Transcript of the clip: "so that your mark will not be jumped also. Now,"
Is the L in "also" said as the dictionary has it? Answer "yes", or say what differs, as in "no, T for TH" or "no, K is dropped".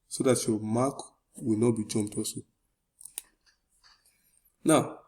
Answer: no, L is dropped